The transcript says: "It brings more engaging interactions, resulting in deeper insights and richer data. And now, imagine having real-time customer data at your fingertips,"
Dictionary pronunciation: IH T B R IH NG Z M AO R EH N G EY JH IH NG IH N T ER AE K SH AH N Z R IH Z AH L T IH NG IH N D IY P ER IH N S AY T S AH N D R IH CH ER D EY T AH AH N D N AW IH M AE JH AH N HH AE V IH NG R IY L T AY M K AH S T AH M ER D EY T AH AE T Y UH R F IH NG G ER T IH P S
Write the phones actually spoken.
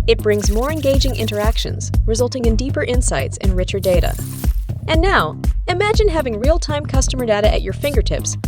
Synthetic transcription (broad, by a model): IH T B R IH NG Z M AO R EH N G EY JH IH NG IH N T ER AE K SH AH N Z R IH Z AH L T IH NG IH N D IY P ER IH N S AY T S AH N R IH CH ER D EY T AH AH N N AW IH M AE JH AH N HH AE V IH NG R IY L T AY M K AH S T AH M ER D EY T AH T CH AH R F IH NG G ER T IH P S